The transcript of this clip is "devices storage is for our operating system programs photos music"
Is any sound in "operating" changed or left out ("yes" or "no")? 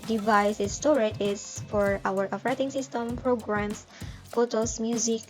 yes